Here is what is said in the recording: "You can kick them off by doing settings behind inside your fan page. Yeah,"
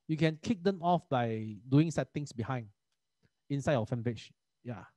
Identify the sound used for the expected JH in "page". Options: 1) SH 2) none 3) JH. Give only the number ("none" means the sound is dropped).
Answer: 1